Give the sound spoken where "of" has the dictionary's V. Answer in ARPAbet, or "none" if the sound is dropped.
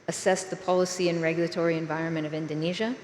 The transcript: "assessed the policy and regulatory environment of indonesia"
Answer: V